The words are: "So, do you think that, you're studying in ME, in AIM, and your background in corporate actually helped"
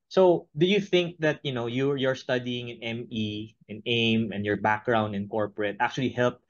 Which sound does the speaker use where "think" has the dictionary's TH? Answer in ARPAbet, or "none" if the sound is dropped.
TH